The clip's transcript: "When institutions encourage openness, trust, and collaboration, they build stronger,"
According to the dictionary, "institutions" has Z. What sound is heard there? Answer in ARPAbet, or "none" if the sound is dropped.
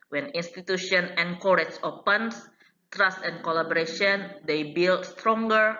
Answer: none